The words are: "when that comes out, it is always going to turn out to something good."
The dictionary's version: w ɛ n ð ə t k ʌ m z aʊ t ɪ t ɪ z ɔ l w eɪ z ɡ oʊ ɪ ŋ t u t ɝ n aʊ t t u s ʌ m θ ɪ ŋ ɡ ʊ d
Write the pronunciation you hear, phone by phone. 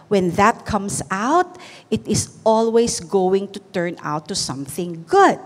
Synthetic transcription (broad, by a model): w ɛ n ð ə t k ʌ m s aʊ t ɪ t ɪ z ɔ l w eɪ s ɡ oʊ ɪ ŋ t u t ɝ n aʊ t t u s ʌ m θ ɪ ŋ ɡ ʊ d